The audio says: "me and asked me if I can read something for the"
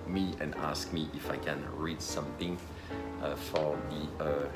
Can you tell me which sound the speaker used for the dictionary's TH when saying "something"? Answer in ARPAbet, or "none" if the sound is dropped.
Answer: T